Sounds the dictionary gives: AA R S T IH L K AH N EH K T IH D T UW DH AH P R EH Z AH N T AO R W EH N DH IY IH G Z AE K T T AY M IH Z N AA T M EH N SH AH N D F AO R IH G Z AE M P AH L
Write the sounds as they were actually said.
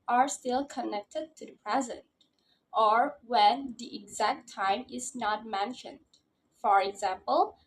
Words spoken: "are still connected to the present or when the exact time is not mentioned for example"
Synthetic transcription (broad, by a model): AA R S T IH L K AH N EH K T IH D T UW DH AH P R EH Z AH N T AO R W EH N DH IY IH G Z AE K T T AY M IH Z N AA T M EH N SH AH N D F AO R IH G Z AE M P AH L